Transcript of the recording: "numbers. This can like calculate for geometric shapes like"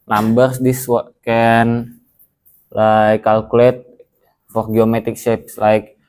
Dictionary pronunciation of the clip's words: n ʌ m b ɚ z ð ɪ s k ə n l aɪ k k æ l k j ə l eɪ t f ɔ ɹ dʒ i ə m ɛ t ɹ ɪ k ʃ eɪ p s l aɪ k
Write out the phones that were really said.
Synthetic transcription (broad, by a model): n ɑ m b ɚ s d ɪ s k ə n l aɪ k k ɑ l k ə l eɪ t f ɔ ɹ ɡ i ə m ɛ t ɪ k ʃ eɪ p s l aɪ k